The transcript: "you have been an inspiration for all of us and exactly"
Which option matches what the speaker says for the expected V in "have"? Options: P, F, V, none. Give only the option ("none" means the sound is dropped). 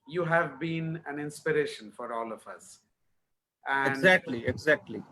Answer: V